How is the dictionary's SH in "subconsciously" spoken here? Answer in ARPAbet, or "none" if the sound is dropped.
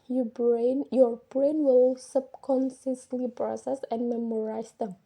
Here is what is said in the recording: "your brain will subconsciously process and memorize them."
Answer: S